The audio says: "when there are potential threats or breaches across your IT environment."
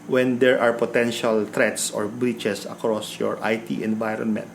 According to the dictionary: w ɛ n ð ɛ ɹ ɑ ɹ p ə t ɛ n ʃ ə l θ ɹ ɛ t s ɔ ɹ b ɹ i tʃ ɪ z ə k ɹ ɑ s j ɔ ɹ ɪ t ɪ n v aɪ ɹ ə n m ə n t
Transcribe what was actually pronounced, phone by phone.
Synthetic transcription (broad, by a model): w ɛ n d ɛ ɹ ɑ ɹ p ə t ɛ n ʃ ə l t ɹ ɛ t s ɔ ɹ b ɹ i tʃ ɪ s ə k ɹ ɑ s j ɔ ɹ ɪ t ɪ n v aɪ ɹ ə n m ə n t